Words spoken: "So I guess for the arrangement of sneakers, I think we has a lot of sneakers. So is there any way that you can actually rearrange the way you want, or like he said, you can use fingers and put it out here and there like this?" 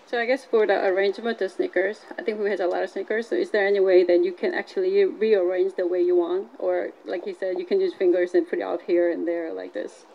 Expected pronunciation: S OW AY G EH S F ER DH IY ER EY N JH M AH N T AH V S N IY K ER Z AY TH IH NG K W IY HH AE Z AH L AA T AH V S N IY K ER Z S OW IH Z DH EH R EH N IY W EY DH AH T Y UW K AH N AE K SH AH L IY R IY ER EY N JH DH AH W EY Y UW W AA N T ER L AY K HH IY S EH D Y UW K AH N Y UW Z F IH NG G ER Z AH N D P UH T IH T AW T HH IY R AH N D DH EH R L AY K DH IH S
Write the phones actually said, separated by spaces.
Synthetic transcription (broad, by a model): S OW AY G EH S F ER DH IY ER EY N JH M AH N T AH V S N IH K ER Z AY TH IH NG K W IY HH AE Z AH L AA T AH V S N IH K ER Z S OW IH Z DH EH R EH N IY W EY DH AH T Y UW K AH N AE K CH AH L IY R IY ER EY N JH DH AH W EY Y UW W AA N T ER L AY K HH IY S EH D Y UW K AH N Y UW Z F IH NG G ER Z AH N P UH T IH T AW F HH IY R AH N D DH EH R L AY K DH IH S